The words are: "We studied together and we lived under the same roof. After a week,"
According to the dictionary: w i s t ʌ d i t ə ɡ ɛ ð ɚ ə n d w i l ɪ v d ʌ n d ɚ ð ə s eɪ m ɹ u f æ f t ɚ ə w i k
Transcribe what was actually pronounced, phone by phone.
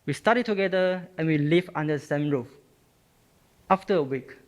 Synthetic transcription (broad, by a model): w i s t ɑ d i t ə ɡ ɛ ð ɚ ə n w i l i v ɑ n d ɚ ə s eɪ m ɹ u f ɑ f t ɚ ə w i k